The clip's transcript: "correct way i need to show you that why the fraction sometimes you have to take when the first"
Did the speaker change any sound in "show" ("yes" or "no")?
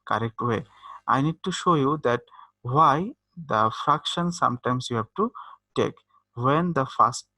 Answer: no